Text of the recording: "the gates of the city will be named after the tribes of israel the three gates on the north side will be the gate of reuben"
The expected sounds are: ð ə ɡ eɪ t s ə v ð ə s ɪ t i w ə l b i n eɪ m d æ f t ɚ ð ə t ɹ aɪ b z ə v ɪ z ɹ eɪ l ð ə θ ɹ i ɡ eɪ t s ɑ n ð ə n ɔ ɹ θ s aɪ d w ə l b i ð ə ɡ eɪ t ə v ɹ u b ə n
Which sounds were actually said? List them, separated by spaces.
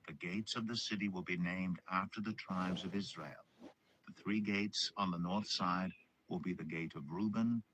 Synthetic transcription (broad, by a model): ð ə ɡ eɪ t s ə v ð ə s ɪ t i w ə l b i n eɪ m d æ f t ɚ ð ə t ɹ aɪ b z ə v ɪ z ɹ eɪ l ð ə θ ɹ i ɡ eɪ t s n ð ə n ɔ ɹ θ s aɪ d w ə l b i ð ə ɡ eɪ t ə v ɹ u b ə n